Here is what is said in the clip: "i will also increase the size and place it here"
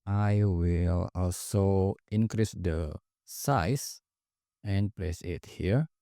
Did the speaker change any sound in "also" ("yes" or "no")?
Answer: no